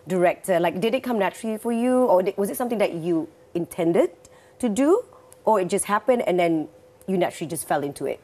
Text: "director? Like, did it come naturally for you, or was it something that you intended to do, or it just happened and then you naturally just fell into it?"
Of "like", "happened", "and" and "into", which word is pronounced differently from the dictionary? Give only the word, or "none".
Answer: none